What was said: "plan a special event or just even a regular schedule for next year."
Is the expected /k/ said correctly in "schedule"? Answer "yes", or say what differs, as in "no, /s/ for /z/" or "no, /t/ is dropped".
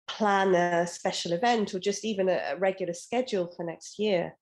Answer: yes